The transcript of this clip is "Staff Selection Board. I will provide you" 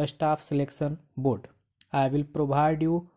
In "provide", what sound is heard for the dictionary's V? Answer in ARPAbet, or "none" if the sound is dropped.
B